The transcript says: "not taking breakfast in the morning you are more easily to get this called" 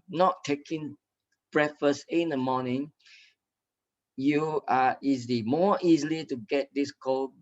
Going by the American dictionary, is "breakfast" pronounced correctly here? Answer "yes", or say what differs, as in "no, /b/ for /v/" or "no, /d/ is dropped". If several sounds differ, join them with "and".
no, /k/ is dropped and /t/ is dropped